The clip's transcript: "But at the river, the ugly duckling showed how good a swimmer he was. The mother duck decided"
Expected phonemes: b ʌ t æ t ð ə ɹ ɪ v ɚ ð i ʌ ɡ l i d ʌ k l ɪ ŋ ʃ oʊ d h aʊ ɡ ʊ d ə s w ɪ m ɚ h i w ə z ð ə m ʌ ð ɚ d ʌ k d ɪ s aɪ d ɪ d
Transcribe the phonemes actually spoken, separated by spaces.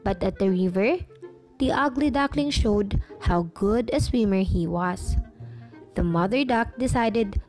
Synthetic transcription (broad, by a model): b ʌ t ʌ t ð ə ɹ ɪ v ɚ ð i ʌ ɡ l i d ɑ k l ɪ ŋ ʃ oʊ d h aʊ ɡ ʊ d ə s w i m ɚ h i w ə s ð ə m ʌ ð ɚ d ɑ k d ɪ s aɪ d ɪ d